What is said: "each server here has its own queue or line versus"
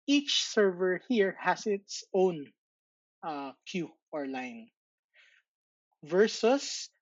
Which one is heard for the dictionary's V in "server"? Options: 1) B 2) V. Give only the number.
2